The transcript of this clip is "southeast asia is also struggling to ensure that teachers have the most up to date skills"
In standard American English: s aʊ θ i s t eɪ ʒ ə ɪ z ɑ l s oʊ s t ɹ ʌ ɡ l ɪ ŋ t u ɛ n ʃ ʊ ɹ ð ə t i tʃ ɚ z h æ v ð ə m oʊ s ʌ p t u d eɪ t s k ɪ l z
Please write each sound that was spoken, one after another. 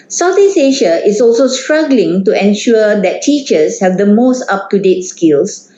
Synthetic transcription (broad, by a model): s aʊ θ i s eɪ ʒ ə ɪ s ɑ l s oʊ s t ɹ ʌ ɡ l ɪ ŋ t u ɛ n ʃ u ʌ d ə t i tʃ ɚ s h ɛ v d ə m oʊ s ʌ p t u d eɪ t s k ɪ l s